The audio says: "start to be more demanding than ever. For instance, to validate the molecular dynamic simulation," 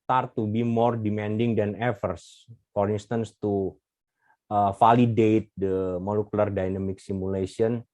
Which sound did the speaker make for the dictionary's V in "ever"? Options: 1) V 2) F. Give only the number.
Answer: 2